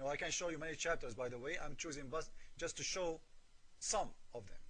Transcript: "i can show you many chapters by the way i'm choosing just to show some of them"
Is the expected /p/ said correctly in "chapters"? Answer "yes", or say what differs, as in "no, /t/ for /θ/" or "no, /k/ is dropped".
yes